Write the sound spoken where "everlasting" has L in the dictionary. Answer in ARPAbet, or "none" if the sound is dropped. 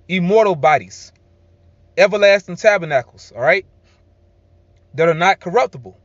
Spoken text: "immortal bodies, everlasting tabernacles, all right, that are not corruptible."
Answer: L